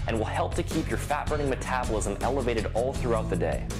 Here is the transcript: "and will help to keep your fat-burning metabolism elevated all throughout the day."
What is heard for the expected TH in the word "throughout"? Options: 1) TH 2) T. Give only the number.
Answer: 1